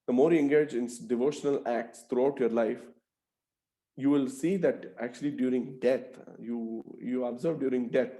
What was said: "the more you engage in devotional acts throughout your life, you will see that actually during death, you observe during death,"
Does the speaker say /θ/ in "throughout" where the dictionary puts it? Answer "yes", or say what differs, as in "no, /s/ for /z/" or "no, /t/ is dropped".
no, /t/ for /θ/